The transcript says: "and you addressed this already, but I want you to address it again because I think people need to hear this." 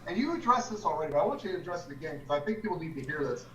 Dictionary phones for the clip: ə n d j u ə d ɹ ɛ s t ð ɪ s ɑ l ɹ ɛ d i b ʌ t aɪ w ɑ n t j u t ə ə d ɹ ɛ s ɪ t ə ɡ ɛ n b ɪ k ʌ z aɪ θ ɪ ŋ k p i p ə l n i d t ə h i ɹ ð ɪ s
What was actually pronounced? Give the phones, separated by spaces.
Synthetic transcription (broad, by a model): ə n j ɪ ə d ɹ ɛ s ð ɪ s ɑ l ɹ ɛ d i b ʌ t aɪ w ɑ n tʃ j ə ə d ɹ ɛ s ɪ t ə ɡ ɛ n k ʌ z aɪ θ ɪ ŋ k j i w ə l l i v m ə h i ɹ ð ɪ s